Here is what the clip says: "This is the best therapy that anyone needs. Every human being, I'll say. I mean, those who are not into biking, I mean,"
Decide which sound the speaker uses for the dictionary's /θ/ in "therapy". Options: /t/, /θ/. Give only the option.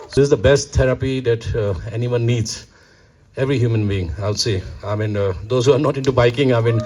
/t/